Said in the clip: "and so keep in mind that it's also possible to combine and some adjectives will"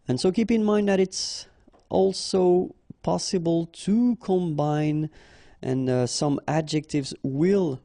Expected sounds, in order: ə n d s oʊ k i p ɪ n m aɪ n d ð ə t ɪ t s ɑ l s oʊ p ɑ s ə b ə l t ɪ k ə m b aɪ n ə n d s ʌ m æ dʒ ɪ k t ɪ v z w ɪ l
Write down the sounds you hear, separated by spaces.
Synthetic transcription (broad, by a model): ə n s oʊ k i p ɪ n m aɪ n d ð ə t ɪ t s ɑ l s oʊ p ɑ s ə b ə l t ɪ k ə m b aɪ n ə n s ʌ m æ dʒ ɪ k t ɪ v z w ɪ l